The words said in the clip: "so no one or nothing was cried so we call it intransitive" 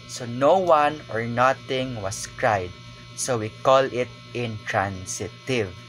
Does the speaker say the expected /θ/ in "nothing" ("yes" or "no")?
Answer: no